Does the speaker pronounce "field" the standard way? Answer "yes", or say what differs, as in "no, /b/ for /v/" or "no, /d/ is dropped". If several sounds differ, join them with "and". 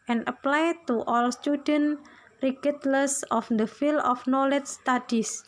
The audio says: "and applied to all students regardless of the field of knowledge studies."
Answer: no, /d/ is dropped